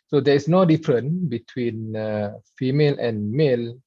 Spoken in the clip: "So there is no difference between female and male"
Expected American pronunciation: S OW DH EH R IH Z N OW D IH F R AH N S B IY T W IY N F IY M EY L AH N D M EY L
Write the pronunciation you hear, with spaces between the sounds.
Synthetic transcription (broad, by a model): S OW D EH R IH S N OW D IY F R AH N B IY T W IY N F IY M EY L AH N M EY L